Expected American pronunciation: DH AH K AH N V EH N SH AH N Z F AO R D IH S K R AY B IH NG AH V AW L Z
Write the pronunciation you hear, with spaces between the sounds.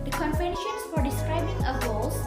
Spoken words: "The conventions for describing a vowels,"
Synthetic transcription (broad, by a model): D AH K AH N P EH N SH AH N S F AO R D IH S K R AY B IH NG AH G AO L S